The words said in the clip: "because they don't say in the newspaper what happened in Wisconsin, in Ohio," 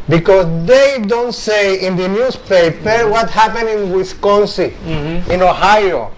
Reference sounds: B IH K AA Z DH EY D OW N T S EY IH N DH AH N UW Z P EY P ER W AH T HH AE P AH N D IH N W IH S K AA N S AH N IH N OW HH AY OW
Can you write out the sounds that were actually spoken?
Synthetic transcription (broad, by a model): B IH K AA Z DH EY D OW N T S EY IH N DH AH N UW S P EY P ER W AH T HH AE P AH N IH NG W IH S K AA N S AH IH N OW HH AY OW